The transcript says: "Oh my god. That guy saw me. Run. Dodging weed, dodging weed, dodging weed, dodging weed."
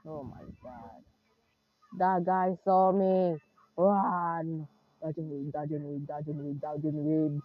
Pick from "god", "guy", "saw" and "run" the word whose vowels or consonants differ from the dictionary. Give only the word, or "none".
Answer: run